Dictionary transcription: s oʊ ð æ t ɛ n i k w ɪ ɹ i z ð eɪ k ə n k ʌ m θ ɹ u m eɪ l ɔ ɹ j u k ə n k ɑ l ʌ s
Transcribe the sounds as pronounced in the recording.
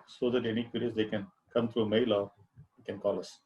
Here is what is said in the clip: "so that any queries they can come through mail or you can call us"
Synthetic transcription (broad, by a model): s oʊ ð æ t ɛ n i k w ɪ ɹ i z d eɪ k ə n k ʌ m t ɹ u m eɪ l ɔ ɹ k ə n k ɑ l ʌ s